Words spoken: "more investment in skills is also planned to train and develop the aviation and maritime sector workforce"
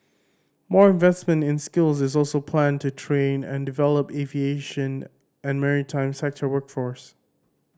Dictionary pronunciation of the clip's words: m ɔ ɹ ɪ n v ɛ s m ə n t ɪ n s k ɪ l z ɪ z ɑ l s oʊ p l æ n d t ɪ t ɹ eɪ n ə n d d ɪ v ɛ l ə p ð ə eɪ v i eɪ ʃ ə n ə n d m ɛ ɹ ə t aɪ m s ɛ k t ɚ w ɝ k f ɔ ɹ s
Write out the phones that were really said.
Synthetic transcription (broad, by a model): m ɔ ɹ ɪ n v ɛ s m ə n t ɪ n s k ɪ l z ɪ z ɑ l s oʊ p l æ n t ɪ t ɹ eɪ n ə n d d ɪ v ɛ l ə p eɪ v i eɪ ʃ ə n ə n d m ɛ ɹ ə t aɪ m s ɛ k t ɚ w ɝ k f ɔ ɹ s